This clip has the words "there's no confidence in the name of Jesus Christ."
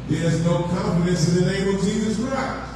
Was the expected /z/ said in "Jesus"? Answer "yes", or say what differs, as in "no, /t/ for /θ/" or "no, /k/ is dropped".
yes